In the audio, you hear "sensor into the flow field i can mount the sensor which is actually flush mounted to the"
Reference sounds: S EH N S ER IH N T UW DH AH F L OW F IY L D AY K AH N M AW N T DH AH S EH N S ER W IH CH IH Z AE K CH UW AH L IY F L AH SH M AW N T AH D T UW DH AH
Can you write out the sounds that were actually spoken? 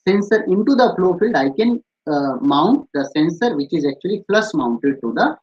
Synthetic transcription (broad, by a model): S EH N S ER IH N T UW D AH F L OW F IY L D AY K AH N M AW N T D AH S EH N S ER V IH CH IH Z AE K CH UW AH L IY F L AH S M AW N T AH D T UW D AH